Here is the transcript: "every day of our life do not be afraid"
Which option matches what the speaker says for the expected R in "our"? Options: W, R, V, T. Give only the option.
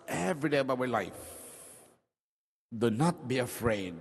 W